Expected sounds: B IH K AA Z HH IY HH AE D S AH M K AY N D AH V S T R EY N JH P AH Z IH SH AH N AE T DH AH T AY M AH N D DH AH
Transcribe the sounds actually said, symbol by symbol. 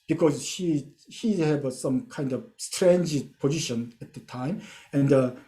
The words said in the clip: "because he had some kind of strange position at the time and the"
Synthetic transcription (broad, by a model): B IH K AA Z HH IY HH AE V S AH M K AY N D AH V S T R EY N JH P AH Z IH SH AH N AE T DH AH T AY M AH N D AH